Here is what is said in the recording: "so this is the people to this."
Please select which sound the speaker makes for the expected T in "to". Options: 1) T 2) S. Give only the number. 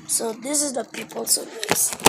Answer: 2